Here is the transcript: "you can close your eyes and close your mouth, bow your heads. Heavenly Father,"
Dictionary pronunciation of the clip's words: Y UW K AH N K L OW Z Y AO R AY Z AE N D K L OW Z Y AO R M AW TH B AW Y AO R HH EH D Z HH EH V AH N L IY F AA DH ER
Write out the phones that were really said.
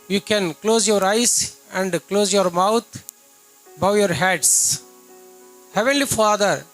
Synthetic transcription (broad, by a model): Y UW K AH N K L OW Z Y AO R AY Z AE N D K L OW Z Y AO R M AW T B AW Y AO R HH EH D S HH EH V AH N L IY F AA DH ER